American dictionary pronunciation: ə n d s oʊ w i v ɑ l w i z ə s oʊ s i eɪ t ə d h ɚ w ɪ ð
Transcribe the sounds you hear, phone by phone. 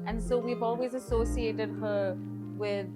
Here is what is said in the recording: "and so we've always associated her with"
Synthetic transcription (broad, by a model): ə n s oʊ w i v ɑ l w i z ə s oʊ s i eɪ t ə d h ɚ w ɪ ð